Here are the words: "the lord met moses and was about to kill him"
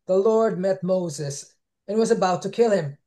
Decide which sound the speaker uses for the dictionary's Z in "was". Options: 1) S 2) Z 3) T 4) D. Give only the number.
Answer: 2